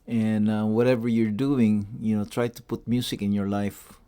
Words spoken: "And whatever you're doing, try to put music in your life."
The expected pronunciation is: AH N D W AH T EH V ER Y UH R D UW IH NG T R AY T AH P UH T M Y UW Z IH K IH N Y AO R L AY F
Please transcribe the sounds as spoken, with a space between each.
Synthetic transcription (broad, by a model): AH N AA W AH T EH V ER Y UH R D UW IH NG T R AY T AH P UH T M Y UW S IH K IH N Y AO R L AY F